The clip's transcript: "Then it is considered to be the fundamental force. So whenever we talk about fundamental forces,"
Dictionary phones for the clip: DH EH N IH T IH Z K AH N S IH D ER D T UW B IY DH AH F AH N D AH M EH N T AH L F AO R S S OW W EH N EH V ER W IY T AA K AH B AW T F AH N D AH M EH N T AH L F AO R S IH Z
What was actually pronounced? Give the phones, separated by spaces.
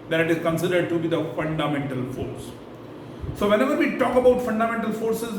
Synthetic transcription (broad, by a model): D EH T IH T IH Z K AH N S IH D ER D T UW B IY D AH F AH N D AH M EH N T AH L F AO R S S OW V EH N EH V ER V IY T AA K AH B AW T F AH N D AH M EH N T AH L F AO R S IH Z